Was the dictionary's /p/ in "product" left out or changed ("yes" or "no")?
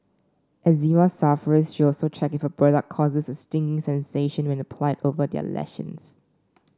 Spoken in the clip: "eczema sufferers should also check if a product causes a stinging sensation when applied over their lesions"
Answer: yes